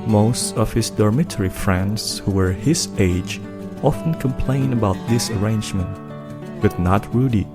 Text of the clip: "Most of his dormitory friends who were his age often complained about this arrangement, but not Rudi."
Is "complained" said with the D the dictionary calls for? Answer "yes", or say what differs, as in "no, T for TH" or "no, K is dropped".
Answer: no, D is dropped